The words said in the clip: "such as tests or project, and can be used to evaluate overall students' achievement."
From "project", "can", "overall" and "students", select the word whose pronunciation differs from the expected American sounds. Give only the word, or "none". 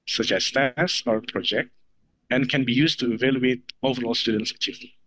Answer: none